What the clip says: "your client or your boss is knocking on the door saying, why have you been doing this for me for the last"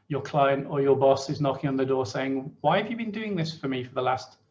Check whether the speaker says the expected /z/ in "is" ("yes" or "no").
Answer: yes